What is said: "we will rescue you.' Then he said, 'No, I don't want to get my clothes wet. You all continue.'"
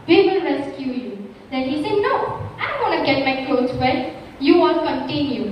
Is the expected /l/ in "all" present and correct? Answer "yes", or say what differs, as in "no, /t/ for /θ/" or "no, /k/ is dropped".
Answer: no, /n/ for /l/